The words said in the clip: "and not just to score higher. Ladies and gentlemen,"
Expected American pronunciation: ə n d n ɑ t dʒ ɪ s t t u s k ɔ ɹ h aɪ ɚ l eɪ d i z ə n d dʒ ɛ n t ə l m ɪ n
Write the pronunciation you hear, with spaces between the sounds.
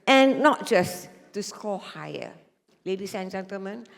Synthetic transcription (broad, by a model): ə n n ɑ t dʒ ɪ s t t u s k ɔ h aɪ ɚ l eɪ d i s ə n dʒ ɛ n t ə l m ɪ n